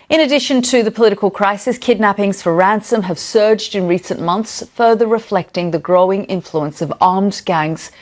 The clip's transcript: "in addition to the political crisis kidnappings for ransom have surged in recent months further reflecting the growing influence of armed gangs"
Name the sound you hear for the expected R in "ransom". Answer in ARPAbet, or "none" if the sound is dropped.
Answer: R